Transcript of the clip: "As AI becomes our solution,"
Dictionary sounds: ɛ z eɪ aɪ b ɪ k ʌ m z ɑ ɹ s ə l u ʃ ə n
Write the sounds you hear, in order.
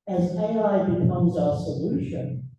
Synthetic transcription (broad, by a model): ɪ z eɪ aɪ b ɪ k ʌ m z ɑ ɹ s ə l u ʃ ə n